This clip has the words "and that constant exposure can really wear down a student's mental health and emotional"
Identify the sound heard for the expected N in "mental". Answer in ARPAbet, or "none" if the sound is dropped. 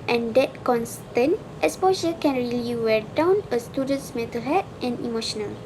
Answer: none